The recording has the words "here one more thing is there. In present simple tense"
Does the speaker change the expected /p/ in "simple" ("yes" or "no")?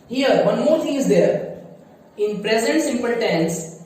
no